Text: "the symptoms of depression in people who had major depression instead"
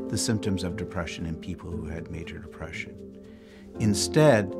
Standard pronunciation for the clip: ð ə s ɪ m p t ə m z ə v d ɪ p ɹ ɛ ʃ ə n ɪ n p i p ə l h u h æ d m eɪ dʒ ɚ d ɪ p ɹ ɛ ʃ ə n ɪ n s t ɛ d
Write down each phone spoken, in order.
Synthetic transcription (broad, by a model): ð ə s ɪ m p t ə m z ə v d ɪ p ɹ ɛ ʃ ə n ɪ n p i p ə l h u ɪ d m eɪ dʒ ɚ d ɪ p ɹ ɛ ʃ ə n ɪ n s t ɛ d